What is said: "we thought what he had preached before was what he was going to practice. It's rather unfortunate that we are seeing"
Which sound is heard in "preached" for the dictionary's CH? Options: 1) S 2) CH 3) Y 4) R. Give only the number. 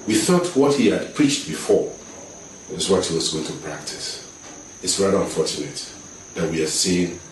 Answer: 2